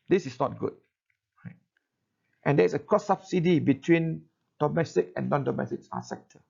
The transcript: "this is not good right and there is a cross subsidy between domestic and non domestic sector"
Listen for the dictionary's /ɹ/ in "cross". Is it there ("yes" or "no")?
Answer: no